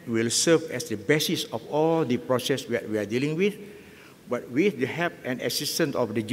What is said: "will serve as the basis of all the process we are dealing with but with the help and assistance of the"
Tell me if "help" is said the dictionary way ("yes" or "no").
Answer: no